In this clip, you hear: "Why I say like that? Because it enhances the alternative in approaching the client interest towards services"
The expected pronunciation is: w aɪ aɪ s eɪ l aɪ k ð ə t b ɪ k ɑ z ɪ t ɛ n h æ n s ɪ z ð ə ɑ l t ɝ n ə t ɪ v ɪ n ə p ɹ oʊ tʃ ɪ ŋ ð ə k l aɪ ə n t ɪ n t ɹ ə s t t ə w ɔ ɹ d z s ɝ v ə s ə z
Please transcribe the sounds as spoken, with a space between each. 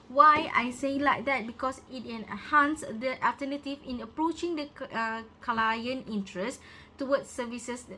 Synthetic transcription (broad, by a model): w aɪ aɪ s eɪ l aɪ k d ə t b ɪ k ɑ s ɪ t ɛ n h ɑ n s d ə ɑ l t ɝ n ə t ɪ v ɪ n ə p ɹ oʊ tʃ ɪ ŋ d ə k l aɪ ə n ɪ n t ɹ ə s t t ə w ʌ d s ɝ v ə s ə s